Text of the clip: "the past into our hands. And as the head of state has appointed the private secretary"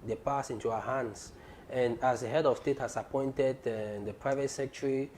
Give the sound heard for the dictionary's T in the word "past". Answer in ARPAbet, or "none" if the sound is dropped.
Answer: none